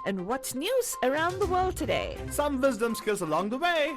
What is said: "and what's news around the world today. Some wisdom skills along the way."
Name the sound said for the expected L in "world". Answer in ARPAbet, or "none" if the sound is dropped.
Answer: L